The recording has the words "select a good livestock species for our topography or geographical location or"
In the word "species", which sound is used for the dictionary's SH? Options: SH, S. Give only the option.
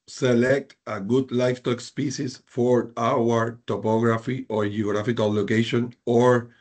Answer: S